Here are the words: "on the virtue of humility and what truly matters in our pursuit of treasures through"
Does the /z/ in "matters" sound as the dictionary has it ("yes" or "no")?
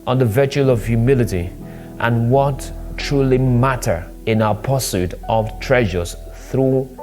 no